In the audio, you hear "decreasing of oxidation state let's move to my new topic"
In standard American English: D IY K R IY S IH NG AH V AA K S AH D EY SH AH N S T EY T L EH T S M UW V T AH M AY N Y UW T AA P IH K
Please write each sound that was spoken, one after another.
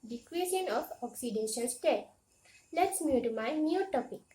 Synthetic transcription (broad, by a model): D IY K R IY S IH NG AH F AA K S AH D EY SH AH L S T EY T L EH T S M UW T AH M AY N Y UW T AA P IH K